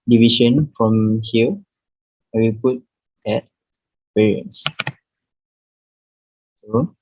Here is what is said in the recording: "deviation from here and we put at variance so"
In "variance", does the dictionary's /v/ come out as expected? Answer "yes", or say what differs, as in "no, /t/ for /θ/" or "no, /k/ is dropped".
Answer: no, /p/ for /v/